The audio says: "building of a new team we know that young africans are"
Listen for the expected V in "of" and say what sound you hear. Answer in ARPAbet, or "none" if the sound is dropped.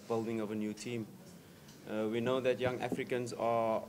V